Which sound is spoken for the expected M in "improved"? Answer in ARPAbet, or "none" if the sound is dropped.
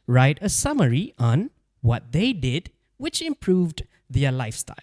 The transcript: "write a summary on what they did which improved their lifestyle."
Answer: M